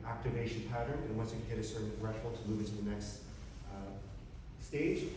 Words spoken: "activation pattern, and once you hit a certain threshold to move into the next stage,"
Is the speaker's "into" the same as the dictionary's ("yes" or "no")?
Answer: yes